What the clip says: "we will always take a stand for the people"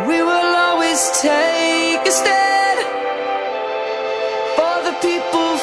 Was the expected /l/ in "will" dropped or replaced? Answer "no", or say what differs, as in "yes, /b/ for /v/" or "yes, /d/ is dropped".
no